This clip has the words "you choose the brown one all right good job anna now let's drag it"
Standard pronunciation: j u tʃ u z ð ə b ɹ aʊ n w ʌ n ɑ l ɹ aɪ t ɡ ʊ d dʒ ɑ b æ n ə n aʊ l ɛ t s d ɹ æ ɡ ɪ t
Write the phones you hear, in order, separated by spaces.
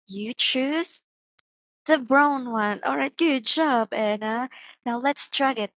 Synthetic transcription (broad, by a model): j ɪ tʃ u z ð ə b ɹ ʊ n w ʌ n ɑ l ɹ aɪ t ɡ ʊ d dʒ ɑ b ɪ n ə n aʊ l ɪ t s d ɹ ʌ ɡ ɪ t